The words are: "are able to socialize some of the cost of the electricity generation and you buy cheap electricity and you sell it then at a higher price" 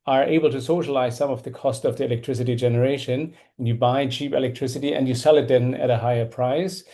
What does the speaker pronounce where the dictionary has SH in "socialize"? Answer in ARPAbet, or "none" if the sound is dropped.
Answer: SH